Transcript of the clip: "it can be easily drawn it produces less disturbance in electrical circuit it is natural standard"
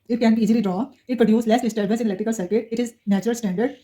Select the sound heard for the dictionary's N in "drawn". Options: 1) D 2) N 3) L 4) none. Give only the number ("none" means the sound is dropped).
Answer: 4